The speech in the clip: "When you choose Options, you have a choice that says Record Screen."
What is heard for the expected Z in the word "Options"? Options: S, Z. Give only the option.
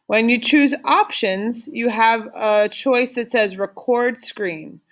Z